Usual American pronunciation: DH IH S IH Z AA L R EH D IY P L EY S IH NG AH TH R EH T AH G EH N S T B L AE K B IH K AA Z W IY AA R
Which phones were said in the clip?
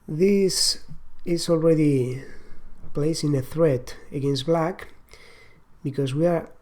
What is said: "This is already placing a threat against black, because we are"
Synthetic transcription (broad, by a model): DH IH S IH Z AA L R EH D IY P L EY S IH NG AH TH R EH T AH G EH N S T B L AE K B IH K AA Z W IY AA R